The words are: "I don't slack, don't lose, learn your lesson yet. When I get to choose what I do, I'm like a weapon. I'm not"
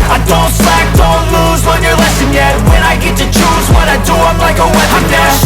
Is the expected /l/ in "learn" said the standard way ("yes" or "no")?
no